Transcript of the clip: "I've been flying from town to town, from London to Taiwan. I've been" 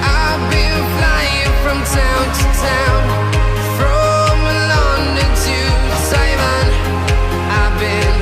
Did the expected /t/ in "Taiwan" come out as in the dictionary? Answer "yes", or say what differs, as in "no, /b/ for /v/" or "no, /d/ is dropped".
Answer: no, /s/ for /t/